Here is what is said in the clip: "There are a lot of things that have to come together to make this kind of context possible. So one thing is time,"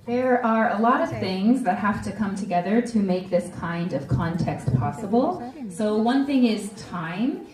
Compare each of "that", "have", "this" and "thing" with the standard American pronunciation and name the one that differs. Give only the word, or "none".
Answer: have